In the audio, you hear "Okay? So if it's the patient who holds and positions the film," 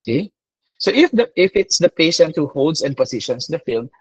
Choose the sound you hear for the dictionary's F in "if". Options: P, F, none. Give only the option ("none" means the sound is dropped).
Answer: F